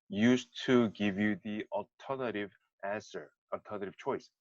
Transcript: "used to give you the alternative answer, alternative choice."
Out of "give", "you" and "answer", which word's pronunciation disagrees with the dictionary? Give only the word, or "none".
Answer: none